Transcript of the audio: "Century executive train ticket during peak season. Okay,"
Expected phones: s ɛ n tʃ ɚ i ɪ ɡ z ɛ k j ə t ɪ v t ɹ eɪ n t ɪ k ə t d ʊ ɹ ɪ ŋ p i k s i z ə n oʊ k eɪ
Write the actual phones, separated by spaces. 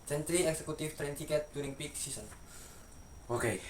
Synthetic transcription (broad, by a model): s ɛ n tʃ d i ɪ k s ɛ k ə t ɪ f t ɹ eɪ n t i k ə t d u ɹ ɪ ŋ p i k s i s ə n oʊ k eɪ